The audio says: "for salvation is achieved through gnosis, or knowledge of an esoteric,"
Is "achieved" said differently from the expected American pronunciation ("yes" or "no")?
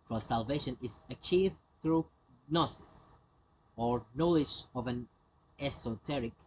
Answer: no